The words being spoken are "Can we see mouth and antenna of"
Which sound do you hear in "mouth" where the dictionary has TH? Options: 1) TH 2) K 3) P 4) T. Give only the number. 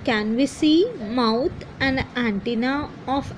4